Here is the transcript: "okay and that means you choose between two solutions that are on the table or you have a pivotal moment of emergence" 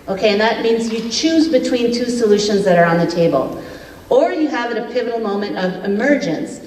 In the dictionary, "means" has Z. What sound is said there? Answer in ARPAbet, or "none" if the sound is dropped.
Z